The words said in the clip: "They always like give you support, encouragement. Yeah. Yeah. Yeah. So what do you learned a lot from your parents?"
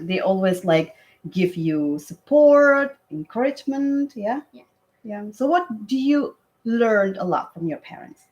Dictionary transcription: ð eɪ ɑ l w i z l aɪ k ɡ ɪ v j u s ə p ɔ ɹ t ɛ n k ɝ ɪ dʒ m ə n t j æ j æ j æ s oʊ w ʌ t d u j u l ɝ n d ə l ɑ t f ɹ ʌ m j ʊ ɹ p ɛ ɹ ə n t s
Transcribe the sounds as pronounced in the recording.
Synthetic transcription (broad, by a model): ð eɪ ɑ l w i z l aɪ k ɡ ɪ v j u s ə p ɔ ɹ t ɛ n k ɝ ɪ dʒ m ə n t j j æ j æ s oʊ w ʌ t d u j u l ɝ n ə l ɑ t f ɹ ʌ m j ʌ ɹ p ɛ ɹ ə n t s